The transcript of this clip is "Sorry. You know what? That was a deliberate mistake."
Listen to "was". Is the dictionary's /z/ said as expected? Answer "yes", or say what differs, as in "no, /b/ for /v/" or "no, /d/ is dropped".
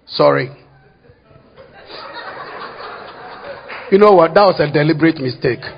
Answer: no, /s/ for /z/